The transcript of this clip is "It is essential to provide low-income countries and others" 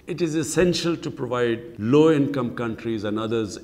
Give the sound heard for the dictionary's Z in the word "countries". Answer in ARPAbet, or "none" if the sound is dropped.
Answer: Z